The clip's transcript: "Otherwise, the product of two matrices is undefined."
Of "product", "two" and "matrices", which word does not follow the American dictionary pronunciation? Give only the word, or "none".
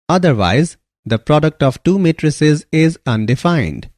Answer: none